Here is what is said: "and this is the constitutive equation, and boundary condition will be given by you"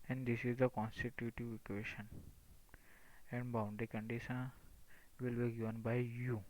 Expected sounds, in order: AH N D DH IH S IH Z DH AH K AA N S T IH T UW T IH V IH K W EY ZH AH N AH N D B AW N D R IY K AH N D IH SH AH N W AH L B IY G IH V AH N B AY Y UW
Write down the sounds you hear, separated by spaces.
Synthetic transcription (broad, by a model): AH N D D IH S IH Z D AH K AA N S T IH T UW T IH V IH K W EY SH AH N AH N D B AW N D IY K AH N D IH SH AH N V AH L B IY G IH V AH N B AY Y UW